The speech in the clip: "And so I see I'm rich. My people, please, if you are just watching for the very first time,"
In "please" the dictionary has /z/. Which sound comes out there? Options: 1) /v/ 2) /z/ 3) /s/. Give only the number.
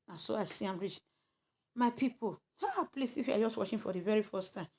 3